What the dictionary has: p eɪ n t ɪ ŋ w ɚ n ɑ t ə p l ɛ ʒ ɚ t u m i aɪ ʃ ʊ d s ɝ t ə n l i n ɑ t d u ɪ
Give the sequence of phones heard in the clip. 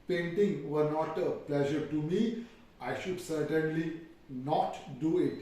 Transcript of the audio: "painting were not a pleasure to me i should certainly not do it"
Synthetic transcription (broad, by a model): p eɪ n t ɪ ŋ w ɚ n ɑ t ə p l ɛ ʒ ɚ t u m i aɪ ʃ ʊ d s ɝ t ə n l i n ɑ t d u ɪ